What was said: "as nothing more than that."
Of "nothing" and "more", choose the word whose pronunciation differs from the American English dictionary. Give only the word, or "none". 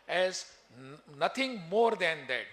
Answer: nothing